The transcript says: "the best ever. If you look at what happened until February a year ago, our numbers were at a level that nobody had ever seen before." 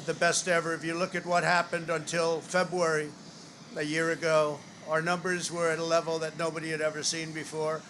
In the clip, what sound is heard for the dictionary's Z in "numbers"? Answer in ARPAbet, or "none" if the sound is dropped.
Z